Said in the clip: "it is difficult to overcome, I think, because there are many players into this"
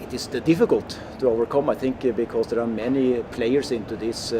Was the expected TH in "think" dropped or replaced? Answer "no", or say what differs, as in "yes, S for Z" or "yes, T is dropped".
no